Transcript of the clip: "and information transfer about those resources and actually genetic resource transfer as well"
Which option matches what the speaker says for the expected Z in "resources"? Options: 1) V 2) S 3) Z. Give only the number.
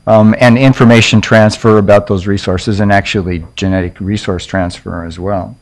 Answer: 3